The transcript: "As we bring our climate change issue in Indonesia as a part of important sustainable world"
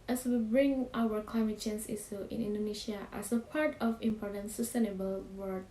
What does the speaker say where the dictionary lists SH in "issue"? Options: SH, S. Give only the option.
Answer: S